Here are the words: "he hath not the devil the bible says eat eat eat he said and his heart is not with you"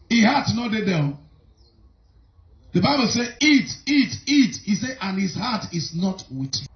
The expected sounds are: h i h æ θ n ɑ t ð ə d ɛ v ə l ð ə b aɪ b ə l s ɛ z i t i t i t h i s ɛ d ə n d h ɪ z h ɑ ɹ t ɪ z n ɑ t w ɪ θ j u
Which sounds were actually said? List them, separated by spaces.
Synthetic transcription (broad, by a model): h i h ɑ t n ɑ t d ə d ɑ ə n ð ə b aɪ b ə l s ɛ i t i t i t h i s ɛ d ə n h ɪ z h ɑ t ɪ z n ɑ t w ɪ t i